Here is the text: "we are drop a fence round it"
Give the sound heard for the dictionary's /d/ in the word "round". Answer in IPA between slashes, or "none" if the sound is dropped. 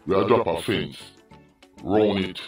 none